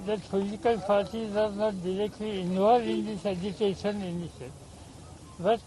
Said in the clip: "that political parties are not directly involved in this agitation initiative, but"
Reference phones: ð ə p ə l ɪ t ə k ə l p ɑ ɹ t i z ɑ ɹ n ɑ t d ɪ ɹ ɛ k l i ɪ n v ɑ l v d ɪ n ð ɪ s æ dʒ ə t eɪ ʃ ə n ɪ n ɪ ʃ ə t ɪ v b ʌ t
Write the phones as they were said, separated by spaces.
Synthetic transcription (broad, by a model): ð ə f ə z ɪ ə k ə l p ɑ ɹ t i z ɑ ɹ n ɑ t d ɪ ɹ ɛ k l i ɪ n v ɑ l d ɪ n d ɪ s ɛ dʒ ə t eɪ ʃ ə n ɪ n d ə s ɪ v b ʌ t